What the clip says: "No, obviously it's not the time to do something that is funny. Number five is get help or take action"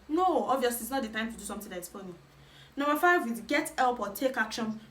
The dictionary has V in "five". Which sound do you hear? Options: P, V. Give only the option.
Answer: V